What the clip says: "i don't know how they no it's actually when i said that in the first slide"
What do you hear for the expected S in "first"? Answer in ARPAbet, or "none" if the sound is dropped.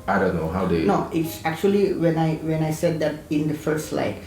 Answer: none